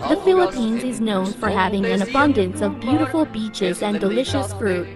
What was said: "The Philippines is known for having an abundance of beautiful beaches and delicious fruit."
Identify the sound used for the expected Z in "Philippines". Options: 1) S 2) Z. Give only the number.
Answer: 2